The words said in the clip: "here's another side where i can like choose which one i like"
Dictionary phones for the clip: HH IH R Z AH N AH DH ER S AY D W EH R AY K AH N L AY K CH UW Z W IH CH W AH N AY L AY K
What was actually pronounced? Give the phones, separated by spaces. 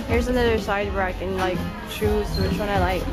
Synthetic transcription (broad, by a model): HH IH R Z AH N AH DH ER S AY D W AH R AY K AH N L AY K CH UW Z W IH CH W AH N AY L AY K